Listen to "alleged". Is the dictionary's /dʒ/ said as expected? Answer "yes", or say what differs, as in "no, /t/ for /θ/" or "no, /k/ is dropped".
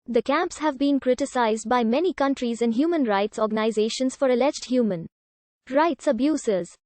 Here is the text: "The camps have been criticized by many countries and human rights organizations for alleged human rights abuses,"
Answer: yes